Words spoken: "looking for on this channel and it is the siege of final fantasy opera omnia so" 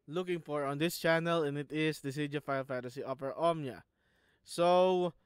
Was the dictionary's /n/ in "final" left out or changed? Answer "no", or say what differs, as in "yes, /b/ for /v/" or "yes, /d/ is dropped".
yes, /n/ is dropped